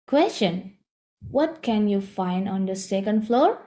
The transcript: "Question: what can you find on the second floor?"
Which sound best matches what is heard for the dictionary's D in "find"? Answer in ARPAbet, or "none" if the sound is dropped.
D